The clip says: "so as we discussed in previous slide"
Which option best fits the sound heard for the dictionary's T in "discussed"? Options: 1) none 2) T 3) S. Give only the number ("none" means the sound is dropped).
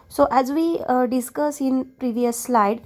1